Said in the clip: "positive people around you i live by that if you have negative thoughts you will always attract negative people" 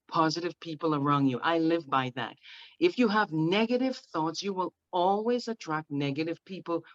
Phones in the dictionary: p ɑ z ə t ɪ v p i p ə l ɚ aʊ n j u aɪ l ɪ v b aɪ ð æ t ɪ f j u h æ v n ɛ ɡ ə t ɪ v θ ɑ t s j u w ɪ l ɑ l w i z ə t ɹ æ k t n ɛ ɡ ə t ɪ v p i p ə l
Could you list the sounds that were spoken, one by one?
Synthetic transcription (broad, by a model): p ɑ z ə t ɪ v p i p l ɚ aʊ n j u aɪ l ɪ v b aɪ ð æ t ɪ f j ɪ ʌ v n ɛ ɡ ə t ɪ v θ ɑ t s j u w ɪ l ɑ l w i z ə t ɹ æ k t n ɛ ɡ ə t ɪ v p i p l